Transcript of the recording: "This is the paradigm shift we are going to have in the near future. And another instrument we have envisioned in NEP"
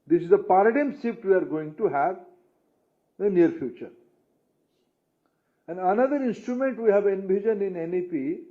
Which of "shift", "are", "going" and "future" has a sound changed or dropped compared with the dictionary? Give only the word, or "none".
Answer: shift